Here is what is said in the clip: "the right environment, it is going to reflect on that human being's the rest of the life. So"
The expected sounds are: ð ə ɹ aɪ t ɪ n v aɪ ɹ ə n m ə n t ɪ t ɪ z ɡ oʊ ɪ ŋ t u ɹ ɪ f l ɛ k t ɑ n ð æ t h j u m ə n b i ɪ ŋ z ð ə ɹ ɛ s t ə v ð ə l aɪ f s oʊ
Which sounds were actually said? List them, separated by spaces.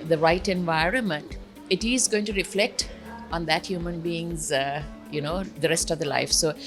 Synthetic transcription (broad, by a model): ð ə ɹ aɪ t ɪ n v aɪ ɹ ə n m ə n t ɪ t ɪ z ɡ oʊ ɪ ŋ t u ɹ ɪ f l ɛ k t ɑ n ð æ t h j u m ə n b i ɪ ŋ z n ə ɹ ɛ s t ə v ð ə l aɪ f s oʊ